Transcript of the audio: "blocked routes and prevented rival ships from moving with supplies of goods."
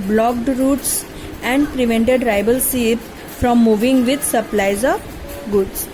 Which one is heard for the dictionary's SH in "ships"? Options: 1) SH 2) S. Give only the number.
2